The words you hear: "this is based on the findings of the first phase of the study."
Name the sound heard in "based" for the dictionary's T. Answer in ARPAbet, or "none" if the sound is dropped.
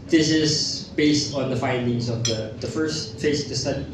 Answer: T